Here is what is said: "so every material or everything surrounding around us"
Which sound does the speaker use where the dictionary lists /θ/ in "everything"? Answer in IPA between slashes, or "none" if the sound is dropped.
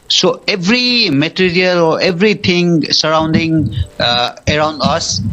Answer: /t/